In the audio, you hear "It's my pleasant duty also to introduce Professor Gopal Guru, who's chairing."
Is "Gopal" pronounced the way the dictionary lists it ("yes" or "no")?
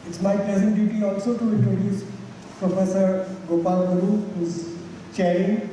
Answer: yes